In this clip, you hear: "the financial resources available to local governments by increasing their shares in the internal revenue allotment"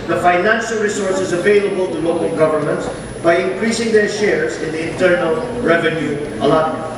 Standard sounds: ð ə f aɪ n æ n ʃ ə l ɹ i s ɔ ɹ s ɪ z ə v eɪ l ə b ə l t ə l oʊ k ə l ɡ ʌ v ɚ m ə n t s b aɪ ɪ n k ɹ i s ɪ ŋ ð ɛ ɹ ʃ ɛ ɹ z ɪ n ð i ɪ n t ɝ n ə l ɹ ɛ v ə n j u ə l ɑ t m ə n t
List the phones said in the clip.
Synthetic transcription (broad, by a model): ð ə f aɪ n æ n ʃ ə l ɹ i s ɔ ɹ s ɪ z ə v eɪ l ə b ə l t ə l oʊ k ə l ɡ ʌ v ɚ m ə n t s b aɪ ɪ n k ɹ i s ɪ ŋ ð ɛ ɹ ʃ ɛ ɹ z ɪ n ð i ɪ n t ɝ n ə l ɹ ɛ v ə n j u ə l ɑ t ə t